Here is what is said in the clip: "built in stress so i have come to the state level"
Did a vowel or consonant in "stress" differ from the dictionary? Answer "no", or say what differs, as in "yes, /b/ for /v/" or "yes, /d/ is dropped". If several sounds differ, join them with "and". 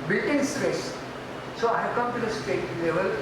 no